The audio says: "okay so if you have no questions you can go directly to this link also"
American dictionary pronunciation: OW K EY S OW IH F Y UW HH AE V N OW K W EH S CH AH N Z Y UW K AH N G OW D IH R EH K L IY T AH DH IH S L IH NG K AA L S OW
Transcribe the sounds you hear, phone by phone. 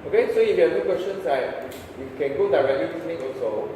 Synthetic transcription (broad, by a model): OW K EY S OW IH F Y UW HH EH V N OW K W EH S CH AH N S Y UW K AH N G OW D IH R EH K L IY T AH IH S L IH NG AA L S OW